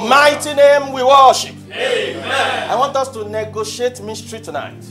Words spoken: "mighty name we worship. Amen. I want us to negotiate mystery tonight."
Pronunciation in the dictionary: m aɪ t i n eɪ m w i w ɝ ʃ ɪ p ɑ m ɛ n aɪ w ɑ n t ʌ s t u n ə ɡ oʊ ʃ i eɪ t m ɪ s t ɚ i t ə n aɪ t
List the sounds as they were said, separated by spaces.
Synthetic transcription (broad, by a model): m aɪ t i n eɪ m w i w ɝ ʃ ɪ p ɑ ɪ w ɑ n t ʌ s t u n ə ɡ oʊ ʃ i eɪ t m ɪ s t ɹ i t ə n aɪ t